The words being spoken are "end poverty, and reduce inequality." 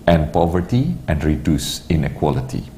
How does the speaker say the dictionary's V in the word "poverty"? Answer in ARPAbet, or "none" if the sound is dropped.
V